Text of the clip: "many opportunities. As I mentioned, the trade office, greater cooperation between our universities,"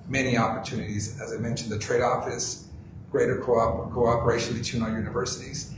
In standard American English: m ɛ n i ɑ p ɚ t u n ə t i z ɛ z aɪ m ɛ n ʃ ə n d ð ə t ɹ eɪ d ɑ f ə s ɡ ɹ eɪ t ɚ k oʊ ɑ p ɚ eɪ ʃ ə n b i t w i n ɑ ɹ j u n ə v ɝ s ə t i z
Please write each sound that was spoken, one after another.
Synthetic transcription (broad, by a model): m ɛ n i ɑ p ɚ t u n ə t i z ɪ z aɪ m ɛ n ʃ n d ð ə t ɹ eɪ d ɑ f ə s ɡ ɹ eɪ t ɚ k oʊ ɑ p ɚ eɪ ʃ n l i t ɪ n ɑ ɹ j u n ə v ɝ s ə t i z